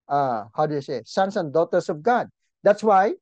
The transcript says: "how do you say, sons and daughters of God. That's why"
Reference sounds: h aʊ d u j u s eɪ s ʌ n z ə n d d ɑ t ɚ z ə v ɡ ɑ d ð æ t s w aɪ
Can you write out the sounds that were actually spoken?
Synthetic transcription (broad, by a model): h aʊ d u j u s eɪ s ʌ n s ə n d d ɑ t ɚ s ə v ɡ ɑ d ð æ t s w aɪ